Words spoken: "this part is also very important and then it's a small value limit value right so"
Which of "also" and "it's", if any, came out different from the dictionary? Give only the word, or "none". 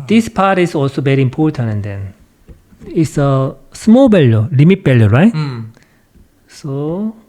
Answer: none